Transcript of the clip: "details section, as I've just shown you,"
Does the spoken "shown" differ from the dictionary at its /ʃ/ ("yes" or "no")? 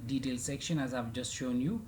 no